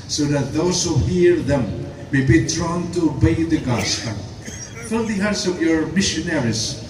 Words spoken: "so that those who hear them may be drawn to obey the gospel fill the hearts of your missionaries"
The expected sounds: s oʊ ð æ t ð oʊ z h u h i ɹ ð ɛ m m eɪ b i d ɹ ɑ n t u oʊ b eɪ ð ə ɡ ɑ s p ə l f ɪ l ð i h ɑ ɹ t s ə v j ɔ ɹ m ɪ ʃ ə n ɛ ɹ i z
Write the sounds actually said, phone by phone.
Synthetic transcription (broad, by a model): s oʊ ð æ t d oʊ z h u h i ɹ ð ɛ m m eɪ b i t ɹ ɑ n t u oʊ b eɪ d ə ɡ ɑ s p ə n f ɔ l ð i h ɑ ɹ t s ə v j ɔ ɹ m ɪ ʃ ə n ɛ ɹ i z